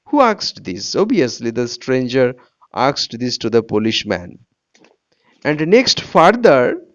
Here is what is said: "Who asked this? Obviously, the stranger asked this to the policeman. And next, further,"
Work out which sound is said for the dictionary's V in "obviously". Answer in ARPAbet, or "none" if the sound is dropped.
none